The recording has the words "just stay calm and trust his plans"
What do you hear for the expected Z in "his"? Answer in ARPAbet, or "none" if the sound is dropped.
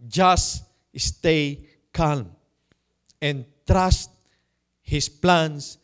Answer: S